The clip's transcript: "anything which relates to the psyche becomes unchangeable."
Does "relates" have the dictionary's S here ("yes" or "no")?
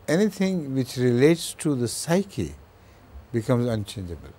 yes